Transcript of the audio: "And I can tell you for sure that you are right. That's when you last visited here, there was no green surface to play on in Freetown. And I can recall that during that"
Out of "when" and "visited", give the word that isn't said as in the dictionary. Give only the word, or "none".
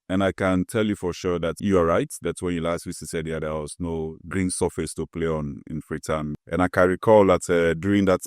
visited